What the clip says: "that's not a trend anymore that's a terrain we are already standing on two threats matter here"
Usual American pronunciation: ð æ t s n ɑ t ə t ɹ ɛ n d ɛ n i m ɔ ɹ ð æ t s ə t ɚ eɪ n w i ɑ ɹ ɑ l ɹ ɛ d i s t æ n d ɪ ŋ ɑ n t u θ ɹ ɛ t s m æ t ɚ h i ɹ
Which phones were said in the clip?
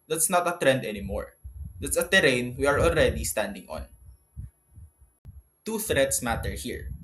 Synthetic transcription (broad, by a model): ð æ t s n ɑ t ə t ɹ ɛ n d ɛ n i m ɔ ɹ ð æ t s ə t ɚ eɪ n w i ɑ ɹ ɑ l ɹ ɛ d i s t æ n d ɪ ŋ ɑ n t u θ ɹ ɛ t s m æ t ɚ h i ɹ